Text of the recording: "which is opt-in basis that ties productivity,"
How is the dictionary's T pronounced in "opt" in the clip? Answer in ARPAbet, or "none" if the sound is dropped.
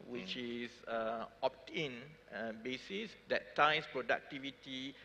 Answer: T